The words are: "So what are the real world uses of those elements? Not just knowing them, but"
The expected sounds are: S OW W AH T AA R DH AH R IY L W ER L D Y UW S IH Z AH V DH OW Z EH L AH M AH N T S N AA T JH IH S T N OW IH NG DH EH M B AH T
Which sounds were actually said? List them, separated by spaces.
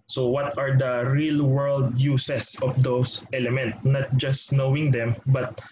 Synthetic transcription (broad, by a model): S OW W AH T AA R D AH R IY L W ER L D Y UW S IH S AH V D OW S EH L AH M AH N T N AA T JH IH S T N OW IH NG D EH M B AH T